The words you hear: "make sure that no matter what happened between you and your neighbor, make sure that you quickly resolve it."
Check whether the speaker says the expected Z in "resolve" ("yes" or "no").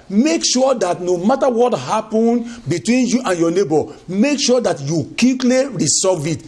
no